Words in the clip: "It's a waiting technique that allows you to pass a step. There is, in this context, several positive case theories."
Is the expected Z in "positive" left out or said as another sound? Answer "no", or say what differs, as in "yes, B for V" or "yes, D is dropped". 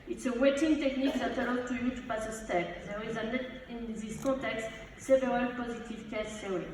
no